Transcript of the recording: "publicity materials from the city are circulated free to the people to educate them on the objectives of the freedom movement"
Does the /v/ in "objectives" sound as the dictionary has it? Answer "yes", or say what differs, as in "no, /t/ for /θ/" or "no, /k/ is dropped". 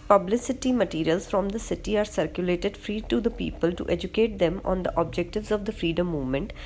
yes